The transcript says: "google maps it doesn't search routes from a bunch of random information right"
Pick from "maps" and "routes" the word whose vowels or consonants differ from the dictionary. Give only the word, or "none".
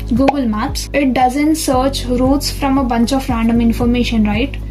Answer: none